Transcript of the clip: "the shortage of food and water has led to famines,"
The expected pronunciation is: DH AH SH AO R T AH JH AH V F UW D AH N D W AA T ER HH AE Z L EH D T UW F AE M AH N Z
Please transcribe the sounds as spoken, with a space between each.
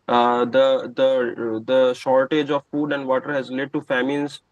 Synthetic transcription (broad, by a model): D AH SH AO R T AH JH AH V F UW D AH N D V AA T ER HH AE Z L EH D T UW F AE M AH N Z